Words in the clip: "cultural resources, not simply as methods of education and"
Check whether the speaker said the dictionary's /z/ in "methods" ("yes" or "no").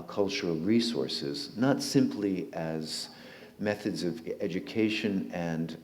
yes